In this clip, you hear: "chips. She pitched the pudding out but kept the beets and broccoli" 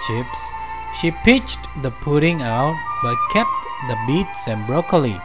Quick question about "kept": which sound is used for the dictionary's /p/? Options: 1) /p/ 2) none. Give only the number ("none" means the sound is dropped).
1